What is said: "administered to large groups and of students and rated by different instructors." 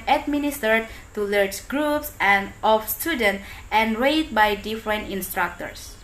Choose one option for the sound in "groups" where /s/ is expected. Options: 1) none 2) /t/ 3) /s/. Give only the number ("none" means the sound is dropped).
3